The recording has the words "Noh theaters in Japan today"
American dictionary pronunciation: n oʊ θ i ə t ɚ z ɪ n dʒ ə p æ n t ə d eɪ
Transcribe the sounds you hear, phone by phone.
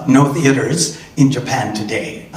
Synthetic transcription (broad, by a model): n oʊ θ i ə t ɚ z ɪ n dʒ ə p æ n t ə d eɪ